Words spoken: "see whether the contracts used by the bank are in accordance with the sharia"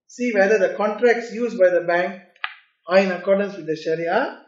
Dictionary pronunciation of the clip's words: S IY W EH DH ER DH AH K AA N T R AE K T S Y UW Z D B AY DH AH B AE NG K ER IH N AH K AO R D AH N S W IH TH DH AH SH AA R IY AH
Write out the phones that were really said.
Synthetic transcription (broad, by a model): S IY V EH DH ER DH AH K AA N T R AE K T S Y UW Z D B AY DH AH B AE NG K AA IH N AH K AO R D AH N S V IH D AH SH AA R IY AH